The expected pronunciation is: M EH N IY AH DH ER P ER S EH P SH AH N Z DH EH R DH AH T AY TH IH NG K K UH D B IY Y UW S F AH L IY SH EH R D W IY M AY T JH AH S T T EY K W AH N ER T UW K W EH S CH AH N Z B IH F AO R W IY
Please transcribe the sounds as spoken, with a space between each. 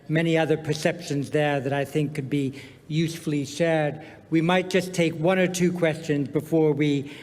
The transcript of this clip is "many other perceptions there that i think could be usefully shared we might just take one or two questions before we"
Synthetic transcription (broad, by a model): M EH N IY AH DH ER P ER S EH P SH AH N Z DH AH R DH AH T AY TH IH NG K K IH D B IY Y UW S F L IY SH EH R D W IY M AY T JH AH S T T EY K W AH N ER T UW K W EH S CH AH N Z B IH F AO R W IY